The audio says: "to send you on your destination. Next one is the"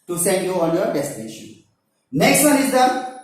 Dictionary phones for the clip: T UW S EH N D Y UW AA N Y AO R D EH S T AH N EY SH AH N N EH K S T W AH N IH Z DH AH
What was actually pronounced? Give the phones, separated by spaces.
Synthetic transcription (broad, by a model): T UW S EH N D Y UW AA L Y AO R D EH S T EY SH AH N N EH K S T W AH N IH Z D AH